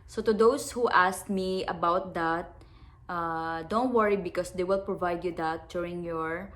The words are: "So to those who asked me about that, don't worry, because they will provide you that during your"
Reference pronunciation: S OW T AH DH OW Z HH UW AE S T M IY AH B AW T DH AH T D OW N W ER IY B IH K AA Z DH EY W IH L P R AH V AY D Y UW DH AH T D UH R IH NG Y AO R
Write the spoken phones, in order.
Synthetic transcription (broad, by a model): S OW T AH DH OW S HH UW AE S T M IY AH B AW T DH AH T D OW N W ER IY B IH K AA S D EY W IH L P R AH V AY D Y UW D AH T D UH R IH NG Y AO R